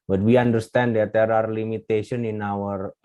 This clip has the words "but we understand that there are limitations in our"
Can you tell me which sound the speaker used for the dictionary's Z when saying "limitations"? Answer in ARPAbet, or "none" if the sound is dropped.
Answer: none